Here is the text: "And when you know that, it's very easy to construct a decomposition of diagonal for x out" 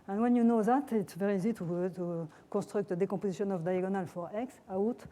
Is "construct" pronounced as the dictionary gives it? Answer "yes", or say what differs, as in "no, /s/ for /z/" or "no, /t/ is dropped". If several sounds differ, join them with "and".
no, /n/ is dropped